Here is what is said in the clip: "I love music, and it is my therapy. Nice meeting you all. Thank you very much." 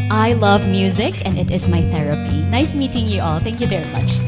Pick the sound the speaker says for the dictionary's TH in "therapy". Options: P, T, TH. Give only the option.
TH